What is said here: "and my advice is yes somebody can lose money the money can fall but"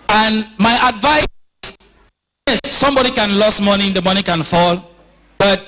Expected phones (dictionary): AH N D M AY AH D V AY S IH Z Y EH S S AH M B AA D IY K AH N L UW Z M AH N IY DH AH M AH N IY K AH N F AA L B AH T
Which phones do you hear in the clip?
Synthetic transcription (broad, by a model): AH N M AY AH D V AY S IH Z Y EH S S AH M B AA D IY K AH N L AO S M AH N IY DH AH M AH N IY K AH N F AA L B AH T